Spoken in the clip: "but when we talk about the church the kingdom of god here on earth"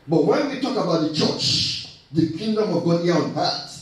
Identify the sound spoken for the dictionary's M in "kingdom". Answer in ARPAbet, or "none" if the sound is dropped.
M